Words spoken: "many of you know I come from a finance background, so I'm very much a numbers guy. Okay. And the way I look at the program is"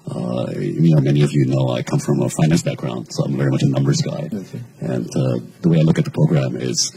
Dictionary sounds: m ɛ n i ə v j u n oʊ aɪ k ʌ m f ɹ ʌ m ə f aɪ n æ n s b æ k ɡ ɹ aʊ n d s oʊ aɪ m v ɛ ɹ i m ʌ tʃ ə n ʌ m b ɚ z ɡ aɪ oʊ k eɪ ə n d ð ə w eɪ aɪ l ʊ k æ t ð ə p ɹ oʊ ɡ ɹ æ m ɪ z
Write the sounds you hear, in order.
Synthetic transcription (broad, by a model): m ɛ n i ə v j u n oʊ aɪ k ʌ m f ɹ ʌ m ə f aɪ n æ n s b æ k ɡ ɹ aʊ n d s oʊ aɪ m v ɛ ɹ i m ʌ tʃ ə n ʌ m b ɚ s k aɪ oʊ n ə ð ə w eɪ aɪ l ʊ k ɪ t ð ə p ɹ oʊ ɡ ɹ æ m ɪ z